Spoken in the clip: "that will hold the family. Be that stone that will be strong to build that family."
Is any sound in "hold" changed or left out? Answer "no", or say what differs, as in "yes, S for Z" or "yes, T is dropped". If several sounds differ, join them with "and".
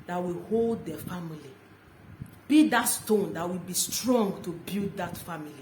no